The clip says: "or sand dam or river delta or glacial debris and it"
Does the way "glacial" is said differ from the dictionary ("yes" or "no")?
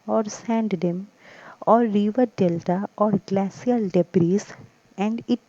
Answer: yes